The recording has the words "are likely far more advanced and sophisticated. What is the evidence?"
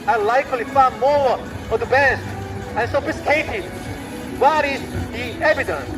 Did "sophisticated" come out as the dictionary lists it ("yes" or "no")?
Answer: no